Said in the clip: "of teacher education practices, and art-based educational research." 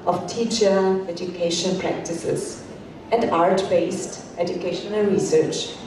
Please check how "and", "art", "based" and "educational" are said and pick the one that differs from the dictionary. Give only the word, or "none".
none